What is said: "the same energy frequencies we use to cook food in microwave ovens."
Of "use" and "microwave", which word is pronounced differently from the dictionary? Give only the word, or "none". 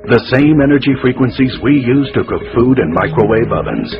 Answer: microwave